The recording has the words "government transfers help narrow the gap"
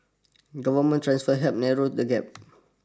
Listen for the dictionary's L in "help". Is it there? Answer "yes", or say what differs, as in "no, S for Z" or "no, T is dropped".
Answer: no, L is dropped